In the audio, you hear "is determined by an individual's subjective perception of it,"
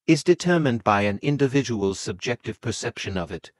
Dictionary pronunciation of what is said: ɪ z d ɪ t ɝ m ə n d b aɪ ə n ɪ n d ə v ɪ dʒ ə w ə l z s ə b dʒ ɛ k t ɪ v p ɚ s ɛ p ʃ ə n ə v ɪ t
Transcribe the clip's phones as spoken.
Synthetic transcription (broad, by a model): ɪ z d ɪ t ɝ m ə n b aɪ ə n ɪ n d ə v ɪ dʒ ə w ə l s ə b dʒ ɛ k t ɪ v p ɚ s ɛ p ʃ ə n ə v ɪ t